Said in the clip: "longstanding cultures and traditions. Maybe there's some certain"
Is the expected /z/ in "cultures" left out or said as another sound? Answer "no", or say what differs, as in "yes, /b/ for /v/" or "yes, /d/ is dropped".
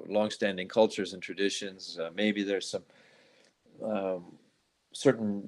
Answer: no